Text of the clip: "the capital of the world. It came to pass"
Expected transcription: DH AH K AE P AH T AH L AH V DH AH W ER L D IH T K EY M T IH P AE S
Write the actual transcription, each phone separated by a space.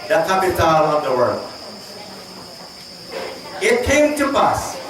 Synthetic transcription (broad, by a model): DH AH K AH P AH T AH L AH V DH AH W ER D IH T K EY M T IH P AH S